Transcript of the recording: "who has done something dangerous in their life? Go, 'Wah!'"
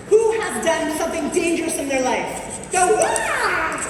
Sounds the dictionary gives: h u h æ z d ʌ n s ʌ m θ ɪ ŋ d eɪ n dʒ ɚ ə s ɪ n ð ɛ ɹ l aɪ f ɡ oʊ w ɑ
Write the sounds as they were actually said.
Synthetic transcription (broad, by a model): h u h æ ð d ʌ n s ʌ m θ ɪ ŋ d eɪ n dʒ ɚ ə s ɪ n ð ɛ ɹ l aɪ f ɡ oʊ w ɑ